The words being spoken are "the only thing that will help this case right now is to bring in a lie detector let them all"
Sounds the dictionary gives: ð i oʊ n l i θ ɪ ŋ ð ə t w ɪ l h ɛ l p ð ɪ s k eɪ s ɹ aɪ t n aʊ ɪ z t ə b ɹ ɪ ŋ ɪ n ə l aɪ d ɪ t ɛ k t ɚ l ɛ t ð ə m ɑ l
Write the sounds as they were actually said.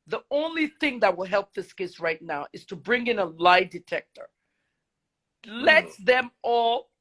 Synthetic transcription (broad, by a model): ð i oʊ n l i θ ɪ ŋ ð ə t w ɪ l h ɛ l p ð ɪ s k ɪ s ɹ aɪ t n aʊ ɪ z t ə b ɹ ɪ ŋ ɪ n ə l aɪ d ɪ t ɛ k t ɚ l ɛ t ð ə m ɑ l